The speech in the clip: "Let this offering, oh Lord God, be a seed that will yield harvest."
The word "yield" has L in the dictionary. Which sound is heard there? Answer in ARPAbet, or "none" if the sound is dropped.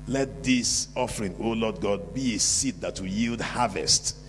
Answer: L